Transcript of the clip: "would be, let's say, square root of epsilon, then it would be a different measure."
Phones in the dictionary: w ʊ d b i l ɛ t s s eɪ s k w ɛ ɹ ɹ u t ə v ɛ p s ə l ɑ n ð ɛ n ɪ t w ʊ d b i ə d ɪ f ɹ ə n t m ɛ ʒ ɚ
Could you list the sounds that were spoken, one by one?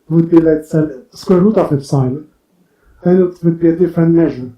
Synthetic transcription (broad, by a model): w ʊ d b i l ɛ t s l s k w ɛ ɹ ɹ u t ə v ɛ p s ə ɪ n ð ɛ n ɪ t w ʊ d b i ə d ɪ f ɹ ə n t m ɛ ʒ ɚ